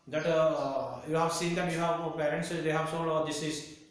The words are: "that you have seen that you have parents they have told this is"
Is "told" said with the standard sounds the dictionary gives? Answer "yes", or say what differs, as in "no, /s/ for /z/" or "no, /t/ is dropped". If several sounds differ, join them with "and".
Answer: no, /s/ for /t/